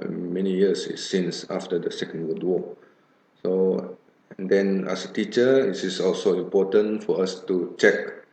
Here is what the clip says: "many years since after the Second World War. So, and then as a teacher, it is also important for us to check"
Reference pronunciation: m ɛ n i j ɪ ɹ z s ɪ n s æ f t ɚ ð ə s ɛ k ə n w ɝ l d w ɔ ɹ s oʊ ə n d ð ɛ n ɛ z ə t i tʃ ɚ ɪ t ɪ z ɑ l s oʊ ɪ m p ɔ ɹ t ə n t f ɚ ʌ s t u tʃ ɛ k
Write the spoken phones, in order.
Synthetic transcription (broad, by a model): m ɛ n i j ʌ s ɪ s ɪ n s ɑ f t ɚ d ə s ɛ k ə n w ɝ d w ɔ s oʊ ə n d ɛ n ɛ s ə t i tʃ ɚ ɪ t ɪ s ɑ l s oʊ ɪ m p ɔ t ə n f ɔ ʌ s t u tʃ ɛ k